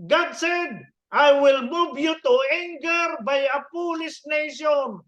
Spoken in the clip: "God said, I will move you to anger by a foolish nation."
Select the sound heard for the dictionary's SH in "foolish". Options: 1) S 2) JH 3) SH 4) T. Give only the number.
1